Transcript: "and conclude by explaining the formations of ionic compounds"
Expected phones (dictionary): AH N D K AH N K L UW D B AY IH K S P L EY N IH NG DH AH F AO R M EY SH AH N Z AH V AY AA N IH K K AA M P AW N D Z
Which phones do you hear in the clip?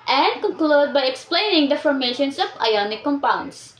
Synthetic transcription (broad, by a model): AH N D K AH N K L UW D B AY IH K S P L EY N IH NG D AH F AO R M EY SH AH N S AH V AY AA N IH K K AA M P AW N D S